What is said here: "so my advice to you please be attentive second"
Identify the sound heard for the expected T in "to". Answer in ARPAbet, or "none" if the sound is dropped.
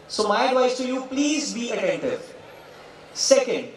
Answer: T